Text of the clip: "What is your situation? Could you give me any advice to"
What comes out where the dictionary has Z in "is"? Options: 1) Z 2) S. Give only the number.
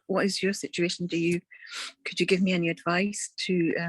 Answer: 1